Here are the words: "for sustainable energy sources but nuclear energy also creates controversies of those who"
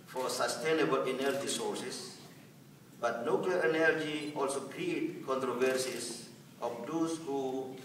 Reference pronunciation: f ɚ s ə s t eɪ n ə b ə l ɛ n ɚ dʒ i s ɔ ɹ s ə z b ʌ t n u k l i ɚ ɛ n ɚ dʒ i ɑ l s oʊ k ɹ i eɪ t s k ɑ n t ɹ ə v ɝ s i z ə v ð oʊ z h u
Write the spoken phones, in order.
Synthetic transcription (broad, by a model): f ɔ s ə s t eɪ n ə b ə l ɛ n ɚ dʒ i s ɔ ɹ s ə s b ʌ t n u k l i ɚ ɛ n ɚ dʒ i ɑ l s oʊ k ɹ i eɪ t k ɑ n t ɹ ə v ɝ s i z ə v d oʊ s h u